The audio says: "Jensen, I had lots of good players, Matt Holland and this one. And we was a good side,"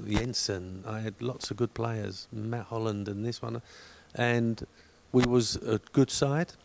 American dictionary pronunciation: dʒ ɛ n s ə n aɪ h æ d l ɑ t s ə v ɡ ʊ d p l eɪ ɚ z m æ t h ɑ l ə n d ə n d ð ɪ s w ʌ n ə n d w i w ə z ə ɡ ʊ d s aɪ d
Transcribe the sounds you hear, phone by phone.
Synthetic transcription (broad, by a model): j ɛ n s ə n aɪ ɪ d l ɑ t s ə v ɡ ʊ d p l eɪ ɚ z m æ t h ɑ l ə n d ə n ð ɪ s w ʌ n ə n w i w ə z ə ɡ ʊ d s aɪ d